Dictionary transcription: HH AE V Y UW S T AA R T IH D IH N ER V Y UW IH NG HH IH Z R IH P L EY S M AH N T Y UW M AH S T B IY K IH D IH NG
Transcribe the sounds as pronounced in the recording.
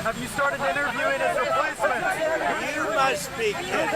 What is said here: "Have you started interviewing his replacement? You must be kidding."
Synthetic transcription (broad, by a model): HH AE V Y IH S T AA R T IH D IH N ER V Y UW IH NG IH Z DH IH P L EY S AH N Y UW M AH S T B IY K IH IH